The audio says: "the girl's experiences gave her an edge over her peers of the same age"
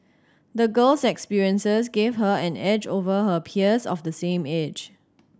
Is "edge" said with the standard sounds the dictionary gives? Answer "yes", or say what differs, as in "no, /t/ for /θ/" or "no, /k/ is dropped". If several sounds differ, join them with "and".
yes